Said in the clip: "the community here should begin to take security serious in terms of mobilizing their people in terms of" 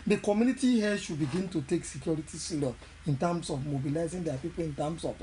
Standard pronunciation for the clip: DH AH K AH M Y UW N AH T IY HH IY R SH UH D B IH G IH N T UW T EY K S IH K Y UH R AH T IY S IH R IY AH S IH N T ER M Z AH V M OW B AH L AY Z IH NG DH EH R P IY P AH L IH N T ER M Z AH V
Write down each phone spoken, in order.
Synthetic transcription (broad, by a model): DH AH K AH M Y UW N AH T IY HH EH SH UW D B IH G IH N T UW T EY K S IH K Y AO R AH T IY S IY L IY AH N T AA M S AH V M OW B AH L AY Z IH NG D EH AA P IY P AH L IH N T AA M S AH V